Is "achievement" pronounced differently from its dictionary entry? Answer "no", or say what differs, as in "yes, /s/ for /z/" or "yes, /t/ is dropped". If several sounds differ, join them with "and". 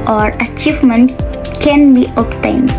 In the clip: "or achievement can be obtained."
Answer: no